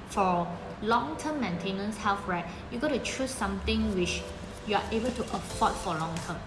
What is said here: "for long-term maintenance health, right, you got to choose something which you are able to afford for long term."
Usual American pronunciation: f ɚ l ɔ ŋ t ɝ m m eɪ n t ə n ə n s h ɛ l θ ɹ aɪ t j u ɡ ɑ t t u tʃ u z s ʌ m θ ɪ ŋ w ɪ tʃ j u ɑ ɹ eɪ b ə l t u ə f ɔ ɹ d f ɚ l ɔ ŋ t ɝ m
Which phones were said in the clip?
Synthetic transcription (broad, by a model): f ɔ l ɔ ŋ t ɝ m m eɪ n t ə n ə n s h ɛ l f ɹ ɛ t j u ɡ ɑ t t u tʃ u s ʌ m t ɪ ŋ w ɪ tʃ j u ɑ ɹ eɪ b ə l t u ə p ɔ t f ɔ l ɔ ŋ t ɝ m